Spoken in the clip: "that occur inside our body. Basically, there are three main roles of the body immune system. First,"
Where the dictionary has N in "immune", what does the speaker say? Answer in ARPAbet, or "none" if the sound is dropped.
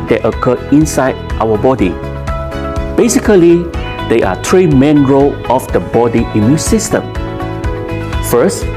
N